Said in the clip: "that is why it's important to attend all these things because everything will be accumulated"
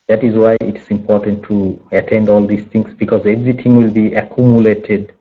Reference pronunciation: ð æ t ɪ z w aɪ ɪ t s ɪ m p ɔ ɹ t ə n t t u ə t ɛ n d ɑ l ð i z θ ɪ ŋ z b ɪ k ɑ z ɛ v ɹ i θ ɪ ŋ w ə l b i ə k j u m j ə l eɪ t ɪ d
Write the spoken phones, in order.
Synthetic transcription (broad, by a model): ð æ t ɪ z w aɪ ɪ t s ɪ m p ɔ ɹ t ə n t t u ə t ɛ n d ɑ l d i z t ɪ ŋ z b ɪ k ɑ z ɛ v ɹ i t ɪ ŋ w ə l b i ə k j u m j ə l eɪ t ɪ d